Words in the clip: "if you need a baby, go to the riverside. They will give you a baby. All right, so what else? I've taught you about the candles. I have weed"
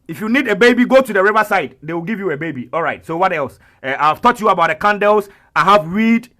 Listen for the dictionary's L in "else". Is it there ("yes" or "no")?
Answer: yes